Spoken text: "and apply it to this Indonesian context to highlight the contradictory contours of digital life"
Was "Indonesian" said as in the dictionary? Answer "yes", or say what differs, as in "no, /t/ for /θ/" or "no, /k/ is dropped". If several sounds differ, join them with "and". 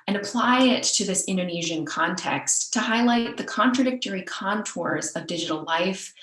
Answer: yes